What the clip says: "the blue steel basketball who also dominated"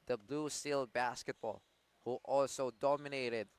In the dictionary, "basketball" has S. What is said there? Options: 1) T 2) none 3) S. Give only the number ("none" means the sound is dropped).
3